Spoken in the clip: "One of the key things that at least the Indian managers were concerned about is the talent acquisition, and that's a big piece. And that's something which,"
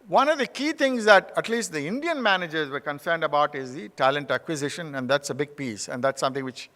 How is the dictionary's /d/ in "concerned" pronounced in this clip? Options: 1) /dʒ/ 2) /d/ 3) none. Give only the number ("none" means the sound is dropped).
2